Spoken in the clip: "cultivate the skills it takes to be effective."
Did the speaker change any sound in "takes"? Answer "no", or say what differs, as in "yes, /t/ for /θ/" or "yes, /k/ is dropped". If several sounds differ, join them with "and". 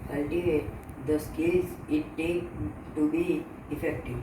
yes, /s/ is dropped